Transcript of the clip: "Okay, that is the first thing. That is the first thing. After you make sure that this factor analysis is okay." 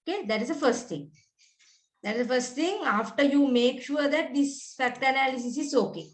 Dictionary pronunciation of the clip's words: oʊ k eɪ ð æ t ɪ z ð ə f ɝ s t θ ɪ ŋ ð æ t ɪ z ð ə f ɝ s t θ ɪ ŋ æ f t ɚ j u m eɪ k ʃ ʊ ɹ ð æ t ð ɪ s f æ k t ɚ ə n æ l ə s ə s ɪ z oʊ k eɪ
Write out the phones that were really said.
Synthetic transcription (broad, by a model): k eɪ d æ t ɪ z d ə f ɝ s t t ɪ ŋ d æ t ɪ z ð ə f ɝ s t t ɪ ŋ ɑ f t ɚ j u m eɪ k ʃ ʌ ɹ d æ t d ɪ s f æ k t ɚ ə n æ l ə s ə s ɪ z oʊ k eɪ